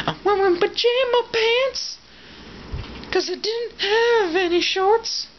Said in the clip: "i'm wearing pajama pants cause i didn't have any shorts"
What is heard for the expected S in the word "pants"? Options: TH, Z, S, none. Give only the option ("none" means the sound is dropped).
S